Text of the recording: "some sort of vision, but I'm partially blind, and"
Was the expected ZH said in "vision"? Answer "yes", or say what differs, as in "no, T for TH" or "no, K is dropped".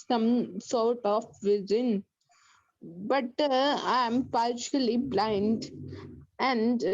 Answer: no, Z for ZH